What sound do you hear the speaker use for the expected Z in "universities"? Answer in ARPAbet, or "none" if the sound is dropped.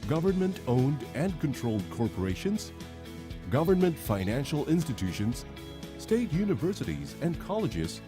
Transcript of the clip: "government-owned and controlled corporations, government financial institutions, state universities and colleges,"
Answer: Z